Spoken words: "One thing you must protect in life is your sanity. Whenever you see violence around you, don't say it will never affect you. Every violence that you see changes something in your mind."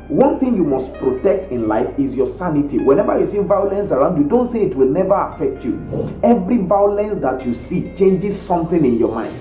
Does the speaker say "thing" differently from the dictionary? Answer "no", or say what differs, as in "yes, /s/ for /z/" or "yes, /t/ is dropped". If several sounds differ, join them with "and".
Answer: no